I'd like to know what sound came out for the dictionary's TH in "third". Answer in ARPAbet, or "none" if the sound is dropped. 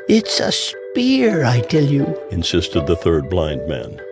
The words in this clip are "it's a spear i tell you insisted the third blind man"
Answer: TH